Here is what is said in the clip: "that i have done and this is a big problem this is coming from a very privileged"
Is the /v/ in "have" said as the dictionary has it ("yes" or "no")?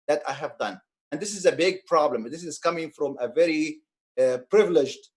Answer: yes